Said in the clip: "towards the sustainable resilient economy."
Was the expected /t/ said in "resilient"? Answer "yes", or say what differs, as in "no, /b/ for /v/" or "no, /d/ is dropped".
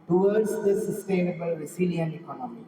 no, /t/ is dropped